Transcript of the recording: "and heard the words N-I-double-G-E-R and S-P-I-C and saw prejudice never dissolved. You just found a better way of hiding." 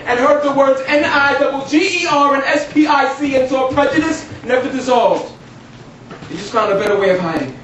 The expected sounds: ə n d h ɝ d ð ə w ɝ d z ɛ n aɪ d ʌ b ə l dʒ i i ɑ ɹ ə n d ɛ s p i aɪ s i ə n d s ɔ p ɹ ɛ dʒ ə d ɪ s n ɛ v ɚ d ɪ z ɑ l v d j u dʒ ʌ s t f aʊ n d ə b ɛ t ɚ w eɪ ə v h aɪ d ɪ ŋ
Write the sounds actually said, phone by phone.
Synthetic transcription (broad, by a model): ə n h ɝ d ð ə w ɝ d z ɛ n aɪ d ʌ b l dʒ i i ɑ ɹ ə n ɛ s p i aɪ s i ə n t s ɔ p ɹ ɛ dʒ ə d ɪ s n ɛ v ɚ d ɪ z ɑ l v d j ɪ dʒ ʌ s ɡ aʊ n ə b ɛ t ɚ w eɪ ə v h aɪ d ɪ ŋ